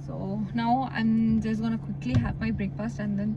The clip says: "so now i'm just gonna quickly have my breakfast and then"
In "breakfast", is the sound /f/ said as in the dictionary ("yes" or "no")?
no